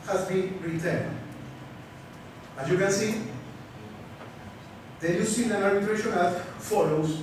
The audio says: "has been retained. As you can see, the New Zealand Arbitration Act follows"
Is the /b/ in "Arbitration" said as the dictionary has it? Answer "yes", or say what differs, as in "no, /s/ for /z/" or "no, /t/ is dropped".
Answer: no, /b/ is dropped